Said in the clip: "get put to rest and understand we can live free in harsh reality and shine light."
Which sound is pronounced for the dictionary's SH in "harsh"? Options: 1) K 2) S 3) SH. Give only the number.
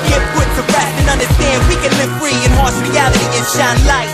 2